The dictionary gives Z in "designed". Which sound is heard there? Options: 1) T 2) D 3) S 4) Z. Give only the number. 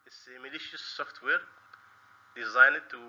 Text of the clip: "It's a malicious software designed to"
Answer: 4